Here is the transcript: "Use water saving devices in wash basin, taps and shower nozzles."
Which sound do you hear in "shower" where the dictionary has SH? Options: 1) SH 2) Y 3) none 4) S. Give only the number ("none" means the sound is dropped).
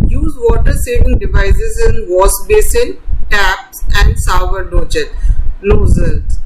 4